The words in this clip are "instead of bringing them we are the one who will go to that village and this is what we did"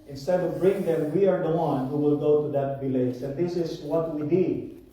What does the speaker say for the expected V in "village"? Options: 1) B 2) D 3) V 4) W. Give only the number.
1